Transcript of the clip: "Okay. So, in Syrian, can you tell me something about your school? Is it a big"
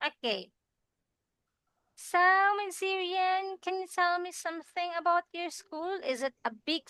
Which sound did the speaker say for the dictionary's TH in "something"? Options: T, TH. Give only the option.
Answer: TH